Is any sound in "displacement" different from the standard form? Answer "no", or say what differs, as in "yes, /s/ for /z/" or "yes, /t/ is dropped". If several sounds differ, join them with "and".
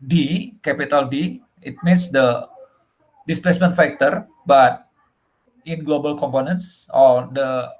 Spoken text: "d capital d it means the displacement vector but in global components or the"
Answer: no